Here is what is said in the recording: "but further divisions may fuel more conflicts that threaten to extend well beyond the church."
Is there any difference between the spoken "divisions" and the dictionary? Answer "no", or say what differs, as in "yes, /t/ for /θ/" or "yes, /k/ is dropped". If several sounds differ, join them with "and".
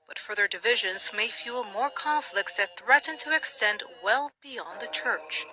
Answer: no